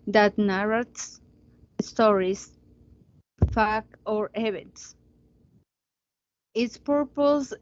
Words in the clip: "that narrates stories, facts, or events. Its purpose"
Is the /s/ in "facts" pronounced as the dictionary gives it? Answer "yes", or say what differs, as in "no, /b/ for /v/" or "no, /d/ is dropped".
no, /s/ is dropped